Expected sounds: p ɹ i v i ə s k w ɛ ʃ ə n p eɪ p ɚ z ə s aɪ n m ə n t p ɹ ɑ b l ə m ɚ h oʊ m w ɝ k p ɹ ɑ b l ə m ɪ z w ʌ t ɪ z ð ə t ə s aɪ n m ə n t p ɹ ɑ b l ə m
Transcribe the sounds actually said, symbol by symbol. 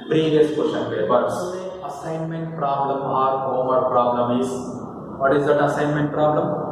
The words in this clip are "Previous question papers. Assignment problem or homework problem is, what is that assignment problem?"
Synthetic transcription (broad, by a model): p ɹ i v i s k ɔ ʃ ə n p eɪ b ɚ s ə s aɪ n m ə n t p ɹ ɑ b l ə m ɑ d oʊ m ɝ p ɹ ɑ b l ə m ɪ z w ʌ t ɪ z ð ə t ə s aɪ n m ə n t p ɹ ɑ b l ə m